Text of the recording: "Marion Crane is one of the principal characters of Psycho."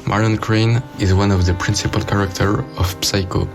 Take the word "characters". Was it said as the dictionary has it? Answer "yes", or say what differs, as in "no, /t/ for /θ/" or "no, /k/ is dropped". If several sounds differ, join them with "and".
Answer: no, /z/ is dropped